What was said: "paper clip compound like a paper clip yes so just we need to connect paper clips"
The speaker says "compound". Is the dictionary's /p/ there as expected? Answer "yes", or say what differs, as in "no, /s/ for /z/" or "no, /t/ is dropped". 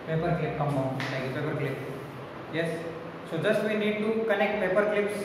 no, /p/ is dropped